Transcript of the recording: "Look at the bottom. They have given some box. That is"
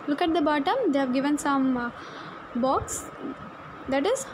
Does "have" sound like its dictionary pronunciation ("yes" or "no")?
yes